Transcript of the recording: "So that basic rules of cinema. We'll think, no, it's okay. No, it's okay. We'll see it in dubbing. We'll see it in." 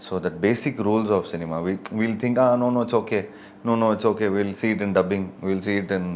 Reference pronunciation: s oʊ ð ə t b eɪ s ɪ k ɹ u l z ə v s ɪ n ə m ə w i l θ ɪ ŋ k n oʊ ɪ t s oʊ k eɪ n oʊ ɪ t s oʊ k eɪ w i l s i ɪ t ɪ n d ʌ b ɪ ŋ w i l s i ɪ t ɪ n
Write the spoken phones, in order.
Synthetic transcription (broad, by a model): s oʊ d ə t b eɪ s ɪ k ɹ u l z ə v s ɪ n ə m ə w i l t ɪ ŋ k n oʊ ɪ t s oʊ k eɪ n oʊ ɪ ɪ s oʊ k eɪ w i l s i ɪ t ɪ n d ʌ b ɪ ŋ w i l s i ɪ t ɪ n